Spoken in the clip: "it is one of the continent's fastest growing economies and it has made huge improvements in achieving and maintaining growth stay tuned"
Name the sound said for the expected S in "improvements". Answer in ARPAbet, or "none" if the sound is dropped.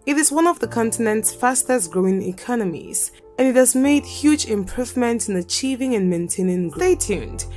none